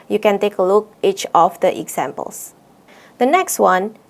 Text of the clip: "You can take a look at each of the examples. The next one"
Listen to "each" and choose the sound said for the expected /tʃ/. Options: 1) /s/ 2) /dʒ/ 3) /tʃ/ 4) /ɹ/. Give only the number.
3